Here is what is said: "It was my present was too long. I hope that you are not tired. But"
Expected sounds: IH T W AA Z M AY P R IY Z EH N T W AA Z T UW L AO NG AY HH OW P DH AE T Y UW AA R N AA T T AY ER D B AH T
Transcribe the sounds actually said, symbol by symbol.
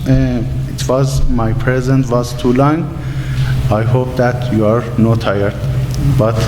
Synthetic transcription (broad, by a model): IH T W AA Z M AY P R IY Z EH N T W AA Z T UW L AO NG AY HH OW P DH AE T Y UW AA R N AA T T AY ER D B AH T